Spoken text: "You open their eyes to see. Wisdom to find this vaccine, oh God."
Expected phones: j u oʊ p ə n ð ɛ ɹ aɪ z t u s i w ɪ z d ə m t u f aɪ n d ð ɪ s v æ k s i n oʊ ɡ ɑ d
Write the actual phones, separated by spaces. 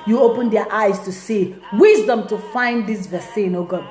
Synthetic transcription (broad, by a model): j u oʊ p ə n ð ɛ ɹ aɪ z t u s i w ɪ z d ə m t u f aɪ n d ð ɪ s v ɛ s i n oʊ ɡ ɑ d